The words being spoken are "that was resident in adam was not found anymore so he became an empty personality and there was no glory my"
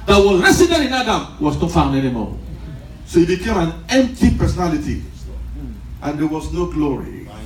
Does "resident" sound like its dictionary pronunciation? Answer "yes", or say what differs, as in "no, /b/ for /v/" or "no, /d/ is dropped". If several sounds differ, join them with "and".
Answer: no, /s/ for /z/ and /n/ is dropped